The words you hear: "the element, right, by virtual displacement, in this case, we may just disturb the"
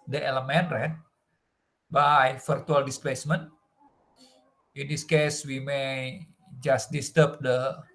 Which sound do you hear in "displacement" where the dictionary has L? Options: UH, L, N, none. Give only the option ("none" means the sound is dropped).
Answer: L